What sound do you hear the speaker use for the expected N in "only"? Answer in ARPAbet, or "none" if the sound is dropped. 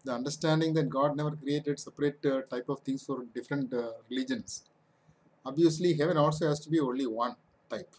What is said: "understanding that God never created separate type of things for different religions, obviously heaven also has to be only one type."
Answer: N